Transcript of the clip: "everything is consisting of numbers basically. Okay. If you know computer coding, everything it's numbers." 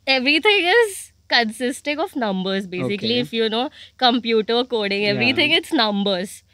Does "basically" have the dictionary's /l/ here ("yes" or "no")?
no